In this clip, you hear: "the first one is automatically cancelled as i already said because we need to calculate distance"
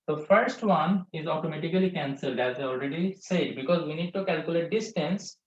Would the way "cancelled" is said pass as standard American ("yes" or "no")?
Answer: yes